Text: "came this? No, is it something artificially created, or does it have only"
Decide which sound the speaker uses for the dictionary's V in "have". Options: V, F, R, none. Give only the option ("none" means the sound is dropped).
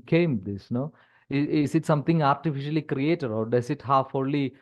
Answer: F